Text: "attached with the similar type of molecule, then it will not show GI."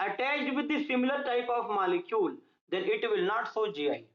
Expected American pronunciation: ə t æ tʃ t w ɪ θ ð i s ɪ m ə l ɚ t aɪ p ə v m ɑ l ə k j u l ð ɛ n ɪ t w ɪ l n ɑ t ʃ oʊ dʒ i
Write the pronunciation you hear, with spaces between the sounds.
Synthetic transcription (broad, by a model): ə t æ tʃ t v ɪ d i s ɪ m ə l ɚ t aɪ p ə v m ɑ l ə k j u l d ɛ n ɪ t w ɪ l n ɑ t s oʊ dʒ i